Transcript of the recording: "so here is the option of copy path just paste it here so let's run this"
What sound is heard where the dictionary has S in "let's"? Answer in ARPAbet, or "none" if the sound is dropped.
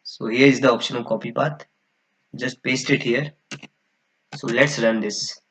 S